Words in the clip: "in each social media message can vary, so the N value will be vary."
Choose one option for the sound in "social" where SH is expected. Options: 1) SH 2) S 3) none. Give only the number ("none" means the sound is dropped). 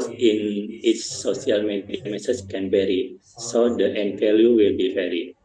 2